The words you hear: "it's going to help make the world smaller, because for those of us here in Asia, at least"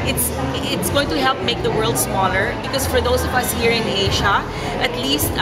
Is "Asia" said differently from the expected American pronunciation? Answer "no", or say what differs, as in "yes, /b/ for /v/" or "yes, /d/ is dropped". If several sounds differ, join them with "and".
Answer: yes, /ʃ/ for /ʒ/